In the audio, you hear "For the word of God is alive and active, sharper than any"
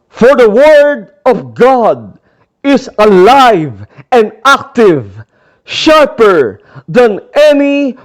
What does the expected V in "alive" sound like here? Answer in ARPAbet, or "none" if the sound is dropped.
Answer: V